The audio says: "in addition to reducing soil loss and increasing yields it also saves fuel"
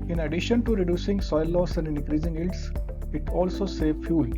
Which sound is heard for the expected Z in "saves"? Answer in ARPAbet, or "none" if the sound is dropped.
none